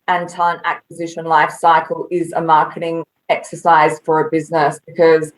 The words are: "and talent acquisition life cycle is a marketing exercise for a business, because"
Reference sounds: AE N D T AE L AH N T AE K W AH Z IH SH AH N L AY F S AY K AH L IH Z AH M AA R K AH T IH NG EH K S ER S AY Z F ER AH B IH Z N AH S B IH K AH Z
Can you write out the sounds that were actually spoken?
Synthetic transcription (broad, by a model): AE N T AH N AE K W AH Z IH SH AH N L AY F S AY K AH L IH Z AH M AA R K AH T IH NG EH K S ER S AY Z F ER AH B IH Z N AH S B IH K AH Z